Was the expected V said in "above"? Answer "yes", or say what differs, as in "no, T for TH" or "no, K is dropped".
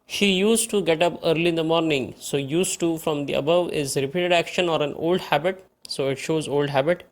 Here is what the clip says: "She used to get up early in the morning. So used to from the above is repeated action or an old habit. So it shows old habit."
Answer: yes